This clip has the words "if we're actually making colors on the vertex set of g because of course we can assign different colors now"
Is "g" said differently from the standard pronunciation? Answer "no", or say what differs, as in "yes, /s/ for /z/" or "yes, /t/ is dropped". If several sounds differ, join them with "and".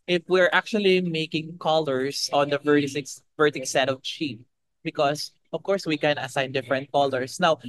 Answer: yes, /tʃ/ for /dʒ/